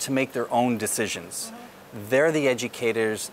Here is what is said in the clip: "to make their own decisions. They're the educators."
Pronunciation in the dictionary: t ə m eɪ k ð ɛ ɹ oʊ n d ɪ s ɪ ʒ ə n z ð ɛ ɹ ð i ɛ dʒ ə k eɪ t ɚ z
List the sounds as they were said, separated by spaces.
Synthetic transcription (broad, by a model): t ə m eɪ k ð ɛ ɹ oʊ n d ɪ s ɪ ʒ ə n z ð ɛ ɹ ð i ɛ dʒ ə k eɪ t ɚ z